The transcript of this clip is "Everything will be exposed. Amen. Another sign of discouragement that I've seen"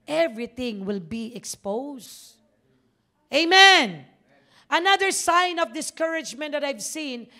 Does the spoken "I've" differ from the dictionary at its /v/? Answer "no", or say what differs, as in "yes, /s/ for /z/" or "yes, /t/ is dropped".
no